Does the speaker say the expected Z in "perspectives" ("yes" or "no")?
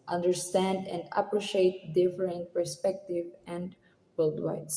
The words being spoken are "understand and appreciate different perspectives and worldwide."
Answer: no